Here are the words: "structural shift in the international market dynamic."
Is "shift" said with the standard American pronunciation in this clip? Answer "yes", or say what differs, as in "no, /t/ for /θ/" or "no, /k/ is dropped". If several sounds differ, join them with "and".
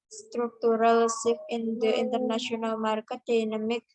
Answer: no, /s/ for /ʃ/ and /t/ is dropped